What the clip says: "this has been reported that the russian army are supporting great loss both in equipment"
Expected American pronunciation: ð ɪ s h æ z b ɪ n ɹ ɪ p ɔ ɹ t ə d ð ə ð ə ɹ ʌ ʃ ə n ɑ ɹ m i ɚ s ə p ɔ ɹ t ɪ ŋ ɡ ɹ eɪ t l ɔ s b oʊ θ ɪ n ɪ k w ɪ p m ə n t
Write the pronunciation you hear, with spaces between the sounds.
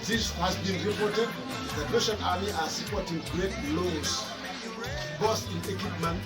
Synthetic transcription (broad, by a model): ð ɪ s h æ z b ɪ n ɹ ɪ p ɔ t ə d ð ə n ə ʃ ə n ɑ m i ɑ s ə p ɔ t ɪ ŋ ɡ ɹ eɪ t l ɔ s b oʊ s ɪ n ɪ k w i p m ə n